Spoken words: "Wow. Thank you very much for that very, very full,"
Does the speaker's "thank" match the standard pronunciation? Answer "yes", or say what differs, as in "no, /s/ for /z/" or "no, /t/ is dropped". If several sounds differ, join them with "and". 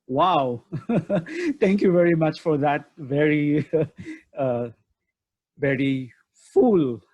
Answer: no, /t/ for /θ/